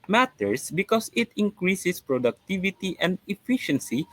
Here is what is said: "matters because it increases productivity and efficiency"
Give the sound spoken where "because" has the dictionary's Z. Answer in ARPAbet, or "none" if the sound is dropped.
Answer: S